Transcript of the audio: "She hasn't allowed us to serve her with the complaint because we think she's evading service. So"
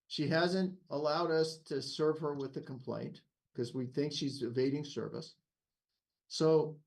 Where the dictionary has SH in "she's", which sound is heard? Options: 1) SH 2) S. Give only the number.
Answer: 1